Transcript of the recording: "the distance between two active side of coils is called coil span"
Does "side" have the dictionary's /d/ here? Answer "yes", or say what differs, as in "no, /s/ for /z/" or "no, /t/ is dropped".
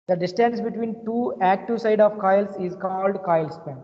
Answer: yes